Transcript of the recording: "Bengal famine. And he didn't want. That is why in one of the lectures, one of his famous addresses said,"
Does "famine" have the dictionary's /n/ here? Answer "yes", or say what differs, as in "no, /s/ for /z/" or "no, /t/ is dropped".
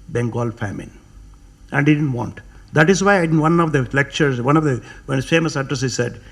yes